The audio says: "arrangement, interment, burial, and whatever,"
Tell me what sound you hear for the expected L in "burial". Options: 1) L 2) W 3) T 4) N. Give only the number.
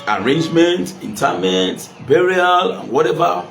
1